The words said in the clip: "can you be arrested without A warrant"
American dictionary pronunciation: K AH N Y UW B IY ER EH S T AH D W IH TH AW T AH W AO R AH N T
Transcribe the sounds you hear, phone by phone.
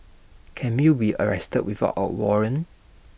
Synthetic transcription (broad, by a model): K AH N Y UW B IY ER EH S T AH D W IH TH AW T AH W AO R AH N